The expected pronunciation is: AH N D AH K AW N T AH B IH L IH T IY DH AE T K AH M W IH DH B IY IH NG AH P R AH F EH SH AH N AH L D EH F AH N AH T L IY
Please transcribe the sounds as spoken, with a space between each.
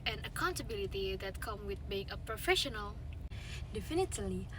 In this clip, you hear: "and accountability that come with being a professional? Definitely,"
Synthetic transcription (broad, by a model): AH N AH K AW N T AH B IH L IH T IY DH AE T K AH M W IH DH B IY IH NG AH P R AH F EH SH AH N AH L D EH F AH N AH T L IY